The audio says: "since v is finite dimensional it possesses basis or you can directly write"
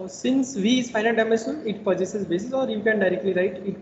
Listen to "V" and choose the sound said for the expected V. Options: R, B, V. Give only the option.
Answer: V